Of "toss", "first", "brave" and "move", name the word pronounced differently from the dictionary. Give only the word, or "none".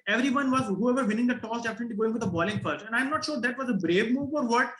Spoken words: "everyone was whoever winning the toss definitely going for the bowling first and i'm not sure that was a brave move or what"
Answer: first